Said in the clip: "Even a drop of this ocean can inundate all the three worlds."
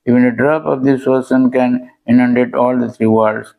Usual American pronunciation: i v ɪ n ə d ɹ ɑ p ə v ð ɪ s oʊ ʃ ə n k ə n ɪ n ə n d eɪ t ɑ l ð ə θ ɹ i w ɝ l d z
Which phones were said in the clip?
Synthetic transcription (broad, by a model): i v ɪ n ə d ɹ ɑ p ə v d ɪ s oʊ s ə n k ə n ɪ n ə n d eɪ t ɑ l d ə t ɹ i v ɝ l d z